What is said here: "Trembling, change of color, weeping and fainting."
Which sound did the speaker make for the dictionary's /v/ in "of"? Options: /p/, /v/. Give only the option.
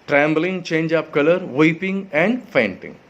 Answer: /p/